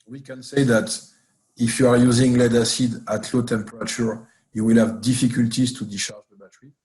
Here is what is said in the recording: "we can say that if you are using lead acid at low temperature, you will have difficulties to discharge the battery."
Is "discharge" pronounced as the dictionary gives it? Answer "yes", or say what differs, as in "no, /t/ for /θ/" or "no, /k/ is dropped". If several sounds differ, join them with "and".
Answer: no, /s/ is dropped